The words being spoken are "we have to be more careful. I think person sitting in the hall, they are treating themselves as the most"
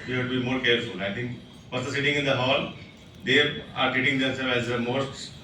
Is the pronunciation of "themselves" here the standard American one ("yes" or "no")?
no